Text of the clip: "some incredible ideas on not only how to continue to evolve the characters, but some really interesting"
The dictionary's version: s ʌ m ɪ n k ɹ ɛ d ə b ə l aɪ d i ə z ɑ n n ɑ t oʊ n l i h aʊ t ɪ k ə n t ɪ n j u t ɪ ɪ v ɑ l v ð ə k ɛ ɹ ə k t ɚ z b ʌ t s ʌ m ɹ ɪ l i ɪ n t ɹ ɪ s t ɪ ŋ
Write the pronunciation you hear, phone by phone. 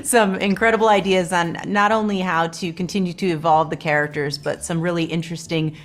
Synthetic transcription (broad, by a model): s ʌ m ɪ n k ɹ ɛ d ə b l aɪ d i ə z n n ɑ t oʊ n l i h aʊ t ɪ k ə n t ɪ n j u t ɪ ɪ v ɑ l v ð ə k ɛ ɹ ə k t ɚ z b ʌ t s ʌ m ɹ ɪ l i ɪ n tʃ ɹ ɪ s t ɪ ŋ